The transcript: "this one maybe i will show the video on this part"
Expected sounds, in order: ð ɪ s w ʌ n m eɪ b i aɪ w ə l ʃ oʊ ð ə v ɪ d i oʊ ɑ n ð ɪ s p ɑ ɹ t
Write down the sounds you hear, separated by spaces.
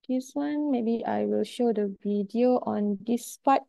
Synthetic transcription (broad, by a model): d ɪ s w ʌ n m eɪ b i aɪ w ə l ʃ oʊ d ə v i d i oʊ ɑ n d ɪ s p ɑ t